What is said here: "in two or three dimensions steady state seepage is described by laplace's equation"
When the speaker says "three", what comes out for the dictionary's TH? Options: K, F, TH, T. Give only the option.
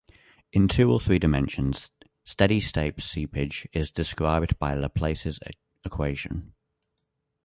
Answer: TH